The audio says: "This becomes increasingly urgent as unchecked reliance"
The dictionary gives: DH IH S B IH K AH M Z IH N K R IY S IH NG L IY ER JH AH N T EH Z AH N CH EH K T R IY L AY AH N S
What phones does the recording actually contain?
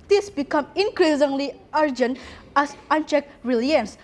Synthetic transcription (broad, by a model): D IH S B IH K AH M IH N K R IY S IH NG L IY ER JH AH N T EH S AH N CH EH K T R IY L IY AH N S